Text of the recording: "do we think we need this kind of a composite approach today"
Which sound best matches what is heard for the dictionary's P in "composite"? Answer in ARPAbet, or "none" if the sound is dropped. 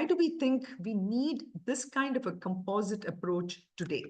P